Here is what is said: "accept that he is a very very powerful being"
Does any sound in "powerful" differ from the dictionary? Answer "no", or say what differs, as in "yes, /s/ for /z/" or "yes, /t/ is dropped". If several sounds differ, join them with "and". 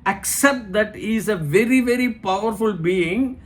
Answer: no